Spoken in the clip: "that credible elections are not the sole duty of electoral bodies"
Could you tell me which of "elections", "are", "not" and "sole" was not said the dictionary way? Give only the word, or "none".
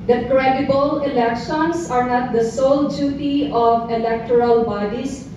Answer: elections